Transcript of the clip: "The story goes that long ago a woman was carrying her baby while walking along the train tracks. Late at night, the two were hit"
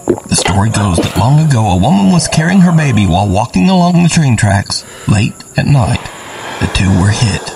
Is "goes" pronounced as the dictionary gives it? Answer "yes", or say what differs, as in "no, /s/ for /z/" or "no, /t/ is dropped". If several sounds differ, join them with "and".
yes